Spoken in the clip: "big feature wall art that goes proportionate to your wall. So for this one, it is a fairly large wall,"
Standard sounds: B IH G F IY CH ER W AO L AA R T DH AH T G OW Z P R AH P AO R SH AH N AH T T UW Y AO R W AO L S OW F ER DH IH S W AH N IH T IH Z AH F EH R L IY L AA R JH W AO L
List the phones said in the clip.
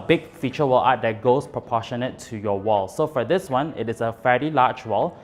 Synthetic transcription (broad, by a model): B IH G F IY CH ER W AO L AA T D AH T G OW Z P R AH P AO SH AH N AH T T UW Y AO W AO L S OW F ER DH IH S W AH N IH T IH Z AH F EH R IY L AA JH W AO L